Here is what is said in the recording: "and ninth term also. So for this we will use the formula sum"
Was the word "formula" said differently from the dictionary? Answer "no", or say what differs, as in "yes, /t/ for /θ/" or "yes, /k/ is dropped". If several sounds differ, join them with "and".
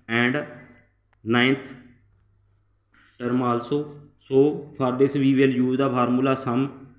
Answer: yes, /p/ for /f/